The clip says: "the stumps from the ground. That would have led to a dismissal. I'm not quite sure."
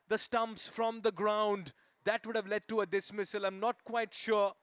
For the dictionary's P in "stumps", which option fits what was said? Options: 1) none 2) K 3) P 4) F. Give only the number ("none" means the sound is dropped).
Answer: 3